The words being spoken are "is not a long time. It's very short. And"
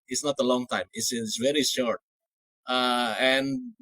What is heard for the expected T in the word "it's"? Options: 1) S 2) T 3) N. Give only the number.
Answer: 1